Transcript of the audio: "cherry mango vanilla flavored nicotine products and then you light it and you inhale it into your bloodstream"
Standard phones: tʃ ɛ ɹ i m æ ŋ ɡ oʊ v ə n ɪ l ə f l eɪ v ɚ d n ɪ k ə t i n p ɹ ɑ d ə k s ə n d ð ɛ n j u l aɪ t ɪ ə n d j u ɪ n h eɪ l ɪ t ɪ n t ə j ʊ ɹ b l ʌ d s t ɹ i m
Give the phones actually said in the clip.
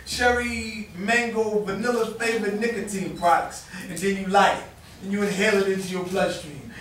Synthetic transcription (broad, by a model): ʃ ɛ ɹ i m æ ŋ ɡ oʊ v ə n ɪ l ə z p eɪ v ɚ n ɪ k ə t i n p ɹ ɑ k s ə n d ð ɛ n j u l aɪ ɪ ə n j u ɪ h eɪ l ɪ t ɪ n t ə j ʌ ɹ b l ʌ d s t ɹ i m